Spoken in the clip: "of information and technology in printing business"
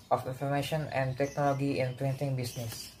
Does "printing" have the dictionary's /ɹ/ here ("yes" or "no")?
no